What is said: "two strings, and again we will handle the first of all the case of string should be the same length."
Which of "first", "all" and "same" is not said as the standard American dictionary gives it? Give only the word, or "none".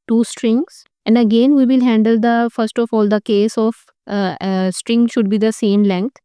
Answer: none